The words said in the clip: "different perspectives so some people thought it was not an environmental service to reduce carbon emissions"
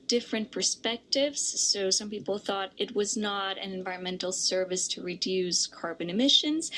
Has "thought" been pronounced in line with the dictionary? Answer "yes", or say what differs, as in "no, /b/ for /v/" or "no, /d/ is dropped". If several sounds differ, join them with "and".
yes